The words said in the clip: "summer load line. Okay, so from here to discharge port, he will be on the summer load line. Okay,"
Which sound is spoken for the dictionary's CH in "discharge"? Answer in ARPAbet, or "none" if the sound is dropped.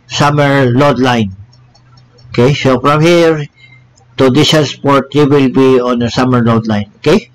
none